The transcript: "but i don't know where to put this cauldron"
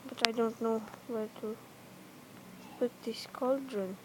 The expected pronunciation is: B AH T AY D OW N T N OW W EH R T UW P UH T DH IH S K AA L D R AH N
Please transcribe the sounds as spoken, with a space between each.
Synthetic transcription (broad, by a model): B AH T AY D OW N T N OW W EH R T UW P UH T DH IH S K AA L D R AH N